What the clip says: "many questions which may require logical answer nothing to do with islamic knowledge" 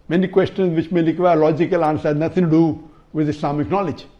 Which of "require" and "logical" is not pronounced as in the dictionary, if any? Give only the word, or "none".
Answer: require